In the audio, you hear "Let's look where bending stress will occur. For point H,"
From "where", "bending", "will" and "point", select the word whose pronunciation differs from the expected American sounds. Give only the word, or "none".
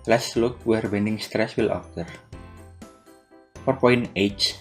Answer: point